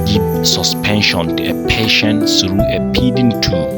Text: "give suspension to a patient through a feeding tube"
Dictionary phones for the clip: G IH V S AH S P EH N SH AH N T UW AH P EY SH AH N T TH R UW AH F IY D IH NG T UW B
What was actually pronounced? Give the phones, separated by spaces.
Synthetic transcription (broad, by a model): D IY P S AH S P EH N SH AH N T UW AH P EY SH AH N T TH R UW AH P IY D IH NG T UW